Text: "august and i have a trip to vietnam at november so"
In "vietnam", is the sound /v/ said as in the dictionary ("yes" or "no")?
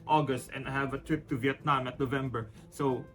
yes